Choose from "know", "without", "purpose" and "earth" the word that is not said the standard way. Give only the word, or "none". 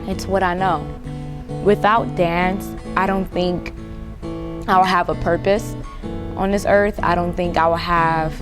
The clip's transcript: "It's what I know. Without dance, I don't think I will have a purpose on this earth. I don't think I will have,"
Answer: none